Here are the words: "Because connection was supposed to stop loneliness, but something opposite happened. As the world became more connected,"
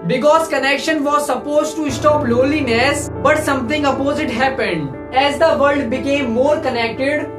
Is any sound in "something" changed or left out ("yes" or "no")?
yes